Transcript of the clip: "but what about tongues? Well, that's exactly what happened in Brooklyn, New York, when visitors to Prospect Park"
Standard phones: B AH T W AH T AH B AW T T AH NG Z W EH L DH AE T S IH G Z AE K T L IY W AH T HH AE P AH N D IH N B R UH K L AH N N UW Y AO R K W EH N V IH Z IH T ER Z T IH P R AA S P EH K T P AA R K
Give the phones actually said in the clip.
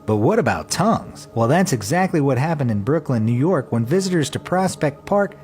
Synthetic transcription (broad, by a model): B AH T W AH T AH B AW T T AH NG Z W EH L DH AE T S IH G Z AE K T L IY W AH T HH AE P AH N D IH N B R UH K L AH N N UW Y AO R K W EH N V IH Z IH T ER Z T IH P R AA S P EH K T P AA R K